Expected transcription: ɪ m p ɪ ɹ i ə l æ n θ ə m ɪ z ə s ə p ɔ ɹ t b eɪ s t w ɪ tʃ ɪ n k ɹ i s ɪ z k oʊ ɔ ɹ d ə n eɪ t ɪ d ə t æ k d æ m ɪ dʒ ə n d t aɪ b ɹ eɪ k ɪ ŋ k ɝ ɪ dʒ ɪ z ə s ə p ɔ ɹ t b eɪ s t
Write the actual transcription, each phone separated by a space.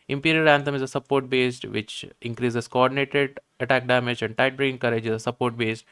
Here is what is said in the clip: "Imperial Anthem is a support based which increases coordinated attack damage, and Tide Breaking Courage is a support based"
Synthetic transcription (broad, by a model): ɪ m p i ɹ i ə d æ n t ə m ɪ z ə s ə p ɔ ɹ t b eɪ s t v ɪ tʃ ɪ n k ɹ i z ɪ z k oʊ ɔ ɹ d ə n eɪ t ɪ d ə t æ k d æ m ɪ dʒ ə n d t aɪ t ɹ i ɪ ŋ k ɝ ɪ dʒ ɪ z ə s ə p ɔ ɹ t b eɪ s t